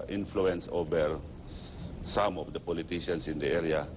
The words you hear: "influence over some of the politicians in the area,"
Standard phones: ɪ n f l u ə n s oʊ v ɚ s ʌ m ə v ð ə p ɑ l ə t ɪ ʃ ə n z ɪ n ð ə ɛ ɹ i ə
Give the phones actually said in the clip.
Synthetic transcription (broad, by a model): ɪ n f l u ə n s oʊ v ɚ s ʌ m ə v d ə p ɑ l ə t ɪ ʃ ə n s ɪ n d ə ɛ ɹ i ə